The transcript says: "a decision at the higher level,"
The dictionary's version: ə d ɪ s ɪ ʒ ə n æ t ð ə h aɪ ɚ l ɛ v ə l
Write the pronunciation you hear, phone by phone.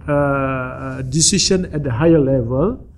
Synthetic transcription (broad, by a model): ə d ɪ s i ʃ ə n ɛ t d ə h aɪ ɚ l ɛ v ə l